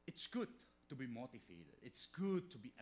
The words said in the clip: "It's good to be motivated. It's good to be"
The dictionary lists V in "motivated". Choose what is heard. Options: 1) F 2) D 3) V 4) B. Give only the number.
1